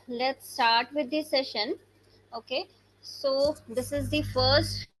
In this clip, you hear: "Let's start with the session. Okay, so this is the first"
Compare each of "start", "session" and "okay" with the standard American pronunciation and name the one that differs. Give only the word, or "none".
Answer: none